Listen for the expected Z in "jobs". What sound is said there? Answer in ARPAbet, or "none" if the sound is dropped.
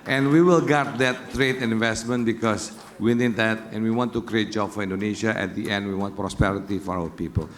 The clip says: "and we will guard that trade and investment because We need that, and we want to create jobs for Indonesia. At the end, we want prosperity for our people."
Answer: none